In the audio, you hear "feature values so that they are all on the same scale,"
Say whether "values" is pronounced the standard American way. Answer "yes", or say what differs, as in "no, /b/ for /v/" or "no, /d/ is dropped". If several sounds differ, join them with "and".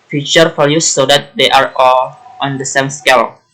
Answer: no, /f/ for /v/